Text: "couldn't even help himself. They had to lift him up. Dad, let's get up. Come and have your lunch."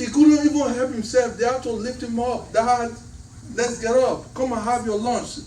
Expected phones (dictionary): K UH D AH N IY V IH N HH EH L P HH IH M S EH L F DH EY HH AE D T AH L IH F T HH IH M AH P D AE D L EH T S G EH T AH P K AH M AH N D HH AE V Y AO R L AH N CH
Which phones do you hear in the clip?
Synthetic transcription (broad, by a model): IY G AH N IY V IH N HH EH L P HH IH M S EH L F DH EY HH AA T AH L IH F T HH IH M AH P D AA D L EH T S G EH T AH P K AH M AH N HH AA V Y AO L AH N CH